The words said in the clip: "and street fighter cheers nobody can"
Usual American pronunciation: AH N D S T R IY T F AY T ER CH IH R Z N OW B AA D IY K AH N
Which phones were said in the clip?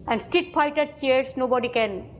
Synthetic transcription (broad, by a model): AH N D S T IY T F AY T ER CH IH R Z N OW B AA D IY K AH N